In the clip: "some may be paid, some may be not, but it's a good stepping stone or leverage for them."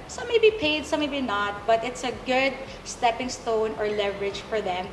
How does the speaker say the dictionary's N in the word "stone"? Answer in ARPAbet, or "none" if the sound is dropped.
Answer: N